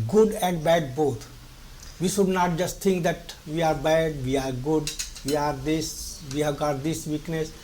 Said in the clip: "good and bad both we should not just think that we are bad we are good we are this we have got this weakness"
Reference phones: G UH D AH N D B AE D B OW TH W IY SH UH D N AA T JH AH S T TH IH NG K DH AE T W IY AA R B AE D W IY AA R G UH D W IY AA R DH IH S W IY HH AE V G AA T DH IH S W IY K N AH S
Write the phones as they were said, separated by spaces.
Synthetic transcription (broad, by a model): G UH D AH N D B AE D B OW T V IY SH UH D N AA T JH AH S T T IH NG K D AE T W IY AA R B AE D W IY AA R G UH D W IY AA R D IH S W IY HH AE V G AA T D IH S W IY K N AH S